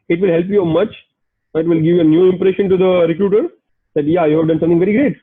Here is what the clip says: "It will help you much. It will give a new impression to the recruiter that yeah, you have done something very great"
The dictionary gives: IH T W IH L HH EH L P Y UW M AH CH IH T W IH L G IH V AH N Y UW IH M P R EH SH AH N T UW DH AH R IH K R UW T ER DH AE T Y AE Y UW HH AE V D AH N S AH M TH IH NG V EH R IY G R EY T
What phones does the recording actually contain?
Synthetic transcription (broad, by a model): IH T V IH L HH EH L P Y UW M AH CH IH T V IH L G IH V AH N Y UW IH M P R EH SH AH N T UW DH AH R IH K R UW T ER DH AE T Y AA Y UW HH AE V D AH N S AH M T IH NG V EH R IY G R EY T